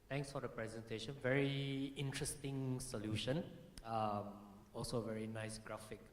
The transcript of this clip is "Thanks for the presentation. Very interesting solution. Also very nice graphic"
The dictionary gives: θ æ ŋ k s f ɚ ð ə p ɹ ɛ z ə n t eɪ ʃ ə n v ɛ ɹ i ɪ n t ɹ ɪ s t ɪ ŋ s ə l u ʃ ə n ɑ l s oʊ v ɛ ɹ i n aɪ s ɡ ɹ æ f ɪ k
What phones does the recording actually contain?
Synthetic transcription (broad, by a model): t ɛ ŋ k s f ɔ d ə p ɹ ɛ z ə n t eɪ ʃ ə n v ɛ ɹ i ɪ n t ɹ ɪ s t ɪ ŋ s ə l u ʃ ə n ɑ l s oʊ v ɛ ɹ i n aɪ s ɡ ɹ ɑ f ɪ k